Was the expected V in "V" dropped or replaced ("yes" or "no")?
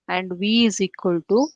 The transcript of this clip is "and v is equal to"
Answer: no